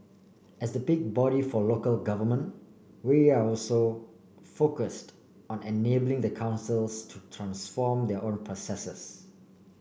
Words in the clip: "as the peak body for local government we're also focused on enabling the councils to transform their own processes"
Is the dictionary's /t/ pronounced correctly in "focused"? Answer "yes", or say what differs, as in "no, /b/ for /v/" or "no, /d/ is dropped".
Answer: yes